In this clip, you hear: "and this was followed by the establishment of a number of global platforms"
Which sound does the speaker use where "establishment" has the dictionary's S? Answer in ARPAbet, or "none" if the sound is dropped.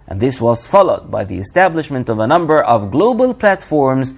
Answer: S